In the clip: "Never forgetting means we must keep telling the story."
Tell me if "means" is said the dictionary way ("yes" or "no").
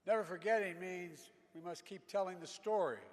yes